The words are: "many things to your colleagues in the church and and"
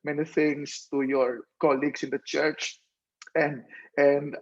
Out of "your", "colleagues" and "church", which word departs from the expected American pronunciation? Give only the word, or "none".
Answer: colleagues